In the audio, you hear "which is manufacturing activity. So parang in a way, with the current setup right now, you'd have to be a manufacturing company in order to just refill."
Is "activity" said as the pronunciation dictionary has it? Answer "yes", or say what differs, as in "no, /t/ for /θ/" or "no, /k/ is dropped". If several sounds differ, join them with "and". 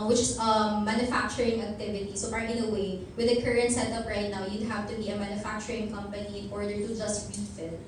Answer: yes